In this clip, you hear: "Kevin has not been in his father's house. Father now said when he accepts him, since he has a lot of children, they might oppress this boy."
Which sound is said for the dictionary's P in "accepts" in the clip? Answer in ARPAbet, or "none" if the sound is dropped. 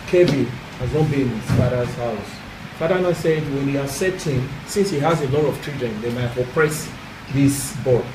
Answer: none